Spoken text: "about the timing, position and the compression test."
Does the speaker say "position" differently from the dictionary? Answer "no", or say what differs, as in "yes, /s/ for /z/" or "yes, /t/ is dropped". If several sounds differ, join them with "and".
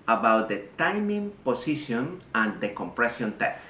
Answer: yes, /s/ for /z/